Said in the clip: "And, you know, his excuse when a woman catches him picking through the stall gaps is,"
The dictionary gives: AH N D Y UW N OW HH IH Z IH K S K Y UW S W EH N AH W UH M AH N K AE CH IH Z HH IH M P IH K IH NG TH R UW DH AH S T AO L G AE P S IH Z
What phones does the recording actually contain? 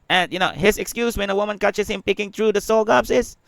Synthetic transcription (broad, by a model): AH N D Y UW N OW HH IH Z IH K S K Y UW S W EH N AH W UH M AH N K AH CH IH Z HH IH M P IH K IH NG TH R UW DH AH S AO L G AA B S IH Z